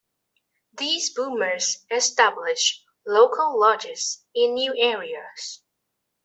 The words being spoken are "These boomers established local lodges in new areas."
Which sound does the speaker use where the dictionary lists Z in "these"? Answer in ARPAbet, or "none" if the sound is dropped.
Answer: Z